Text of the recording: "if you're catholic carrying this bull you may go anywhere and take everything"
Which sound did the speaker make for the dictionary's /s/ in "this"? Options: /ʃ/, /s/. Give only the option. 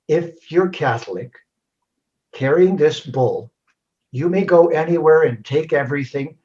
/s/